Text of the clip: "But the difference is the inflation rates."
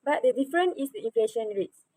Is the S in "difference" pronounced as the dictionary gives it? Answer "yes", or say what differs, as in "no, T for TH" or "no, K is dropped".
no, S is dropped